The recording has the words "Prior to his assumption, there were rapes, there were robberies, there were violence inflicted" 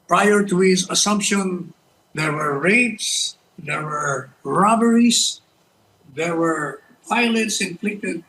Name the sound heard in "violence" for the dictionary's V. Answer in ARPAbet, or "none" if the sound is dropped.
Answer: P